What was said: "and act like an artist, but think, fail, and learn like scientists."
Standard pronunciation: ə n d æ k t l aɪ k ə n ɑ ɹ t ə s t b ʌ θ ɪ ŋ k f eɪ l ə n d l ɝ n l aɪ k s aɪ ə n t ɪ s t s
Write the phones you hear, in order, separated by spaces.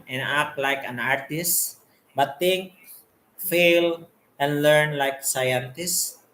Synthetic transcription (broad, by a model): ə n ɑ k l aɪ k ə n ɑ ɹ t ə s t b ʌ t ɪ ŋ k f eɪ l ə n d l ɝ n l aɪ k s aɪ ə n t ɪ s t